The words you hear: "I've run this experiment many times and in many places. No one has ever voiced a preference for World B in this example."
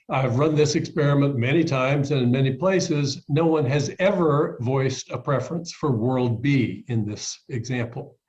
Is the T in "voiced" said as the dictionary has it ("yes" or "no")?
yes